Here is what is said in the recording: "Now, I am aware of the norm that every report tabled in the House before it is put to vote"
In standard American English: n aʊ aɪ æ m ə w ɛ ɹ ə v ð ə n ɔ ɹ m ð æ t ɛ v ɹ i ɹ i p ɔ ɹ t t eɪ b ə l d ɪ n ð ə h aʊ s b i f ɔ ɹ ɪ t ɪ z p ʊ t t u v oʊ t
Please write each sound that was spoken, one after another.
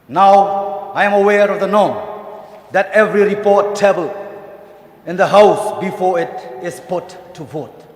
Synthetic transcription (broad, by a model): n aʊ aɪ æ m ə w ɛ ɹ ə v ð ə n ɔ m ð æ t ɛ v ɹ i ɹ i p ɔ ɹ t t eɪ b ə l ɪ n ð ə h aʊ s b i f ɔ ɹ ɪ t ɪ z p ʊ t t u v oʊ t